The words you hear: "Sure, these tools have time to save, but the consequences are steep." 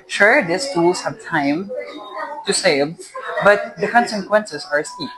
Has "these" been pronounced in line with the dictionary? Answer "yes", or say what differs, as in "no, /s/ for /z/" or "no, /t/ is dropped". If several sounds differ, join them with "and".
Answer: no, /s/ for /z/